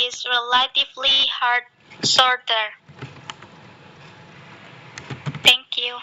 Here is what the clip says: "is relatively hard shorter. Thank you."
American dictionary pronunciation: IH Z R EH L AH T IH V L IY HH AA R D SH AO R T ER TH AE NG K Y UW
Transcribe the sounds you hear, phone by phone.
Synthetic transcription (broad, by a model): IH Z R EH L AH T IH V L IY HH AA R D S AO R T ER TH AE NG K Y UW